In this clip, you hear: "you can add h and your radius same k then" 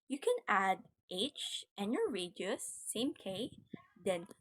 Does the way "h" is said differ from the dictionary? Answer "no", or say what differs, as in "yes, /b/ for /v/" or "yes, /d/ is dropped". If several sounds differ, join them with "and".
no